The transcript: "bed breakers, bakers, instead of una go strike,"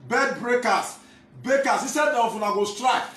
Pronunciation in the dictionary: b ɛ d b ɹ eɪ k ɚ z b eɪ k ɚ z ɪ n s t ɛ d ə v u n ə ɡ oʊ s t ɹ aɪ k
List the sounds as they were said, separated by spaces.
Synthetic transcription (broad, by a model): b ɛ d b ɹ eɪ k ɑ s b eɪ k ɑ s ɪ s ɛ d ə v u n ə ɡ oʊ s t ɹ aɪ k